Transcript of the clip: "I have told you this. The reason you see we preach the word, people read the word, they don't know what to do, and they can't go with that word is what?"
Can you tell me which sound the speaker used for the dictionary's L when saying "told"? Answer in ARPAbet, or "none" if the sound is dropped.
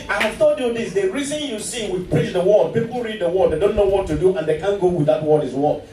none